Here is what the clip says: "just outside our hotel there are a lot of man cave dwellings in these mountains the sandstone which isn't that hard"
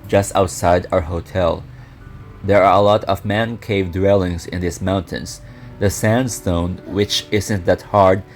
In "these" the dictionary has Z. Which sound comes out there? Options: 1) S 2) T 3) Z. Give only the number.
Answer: 1